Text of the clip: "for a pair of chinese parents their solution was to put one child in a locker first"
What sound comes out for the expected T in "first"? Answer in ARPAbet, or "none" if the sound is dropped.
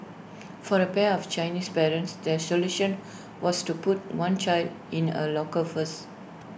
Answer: none